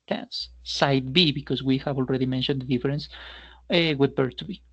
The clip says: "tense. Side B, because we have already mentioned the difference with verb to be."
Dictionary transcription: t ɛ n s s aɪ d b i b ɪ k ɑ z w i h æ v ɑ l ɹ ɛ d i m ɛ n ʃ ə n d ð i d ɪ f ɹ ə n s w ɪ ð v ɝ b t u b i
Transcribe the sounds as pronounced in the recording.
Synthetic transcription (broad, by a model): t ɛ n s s aɪ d b i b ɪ k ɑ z w i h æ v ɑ l ɹ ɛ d i m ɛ n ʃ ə n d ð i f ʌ ɹ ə n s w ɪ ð b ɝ t u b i